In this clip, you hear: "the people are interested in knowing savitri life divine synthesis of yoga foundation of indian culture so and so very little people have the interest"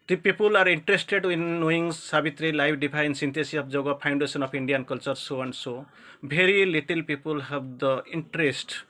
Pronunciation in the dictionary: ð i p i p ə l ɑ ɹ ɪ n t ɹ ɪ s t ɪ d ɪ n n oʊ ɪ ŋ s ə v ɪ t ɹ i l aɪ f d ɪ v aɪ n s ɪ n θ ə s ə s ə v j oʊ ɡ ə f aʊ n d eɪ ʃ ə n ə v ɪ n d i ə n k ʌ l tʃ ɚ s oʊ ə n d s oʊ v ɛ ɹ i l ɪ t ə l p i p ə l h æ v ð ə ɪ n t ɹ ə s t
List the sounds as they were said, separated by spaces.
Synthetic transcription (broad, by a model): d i p i p ə l ɑ ɹ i n t ɹ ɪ s t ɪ d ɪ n n oʊ ɪ ŋ s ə b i t ɹ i l aɪ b d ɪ p aɪ n s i n t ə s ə ə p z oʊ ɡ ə p aʊ n d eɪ s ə n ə p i n d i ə n k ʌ l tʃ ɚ s oʊ ə n d s oʊ b ɛ ɹ i l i t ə l p i p ə l h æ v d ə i n t ɹ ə s t